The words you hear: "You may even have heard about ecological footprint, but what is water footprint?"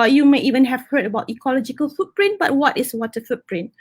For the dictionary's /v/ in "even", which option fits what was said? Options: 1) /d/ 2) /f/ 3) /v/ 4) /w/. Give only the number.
3